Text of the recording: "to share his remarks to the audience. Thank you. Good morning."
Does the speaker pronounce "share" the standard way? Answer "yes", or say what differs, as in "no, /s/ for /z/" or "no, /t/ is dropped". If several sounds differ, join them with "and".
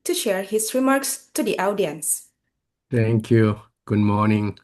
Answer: yes